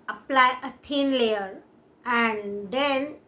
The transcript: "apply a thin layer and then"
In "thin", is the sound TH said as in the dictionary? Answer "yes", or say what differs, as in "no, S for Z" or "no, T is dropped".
no, T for TH